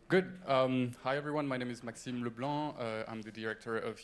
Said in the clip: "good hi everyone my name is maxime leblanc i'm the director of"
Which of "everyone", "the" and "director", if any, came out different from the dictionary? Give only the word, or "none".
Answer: none